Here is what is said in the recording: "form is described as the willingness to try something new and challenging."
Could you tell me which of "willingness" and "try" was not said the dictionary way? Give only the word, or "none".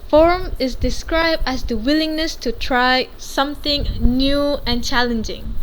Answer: none